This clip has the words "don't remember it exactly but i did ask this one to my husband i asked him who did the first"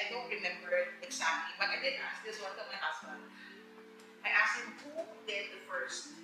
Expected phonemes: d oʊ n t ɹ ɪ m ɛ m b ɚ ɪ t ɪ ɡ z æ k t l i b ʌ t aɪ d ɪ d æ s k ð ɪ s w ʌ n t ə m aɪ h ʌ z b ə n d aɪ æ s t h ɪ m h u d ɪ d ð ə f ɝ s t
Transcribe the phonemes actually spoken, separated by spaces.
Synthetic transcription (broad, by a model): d oʊ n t ɹ ɪ m ɛ m b ɚ ɪ t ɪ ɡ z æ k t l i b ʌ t aɪ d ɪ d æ s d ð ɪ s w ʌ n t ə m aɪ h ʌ s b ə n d aɪ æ s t h ɪ m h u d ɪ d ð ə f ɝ s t